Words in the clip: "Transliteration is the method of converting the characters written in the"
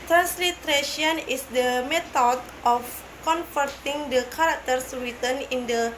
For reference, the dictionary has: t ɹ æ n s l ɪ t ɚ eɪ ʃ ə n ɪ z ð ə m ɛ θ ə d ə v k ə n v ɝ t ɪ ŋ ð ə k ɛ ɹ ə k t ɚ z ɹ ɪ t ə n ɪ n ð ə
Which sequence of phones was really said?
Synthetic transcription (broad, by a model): t ɹ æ n s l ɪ t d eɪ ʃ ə n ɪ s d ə m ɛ t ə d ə f k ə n f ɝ t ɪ ŋ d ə k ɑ ɹ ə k t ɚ s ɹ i t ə n ɪ n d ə